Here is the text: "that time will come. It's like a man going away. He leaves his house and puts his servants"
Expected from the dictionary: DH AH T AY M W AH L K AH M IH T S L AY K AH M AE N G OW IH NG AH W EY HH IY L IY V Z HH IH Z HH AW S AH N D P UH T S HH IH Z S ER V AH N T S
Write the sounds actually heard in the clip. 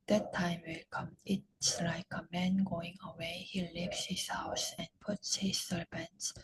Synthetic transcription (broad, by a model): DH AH T AY M W AH L K AH M IH T S L AY K AH M AE N G OW IH NG AH W EY HH IY L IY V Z HH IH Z HH AW S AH N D P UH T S HH IH Z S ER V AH N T S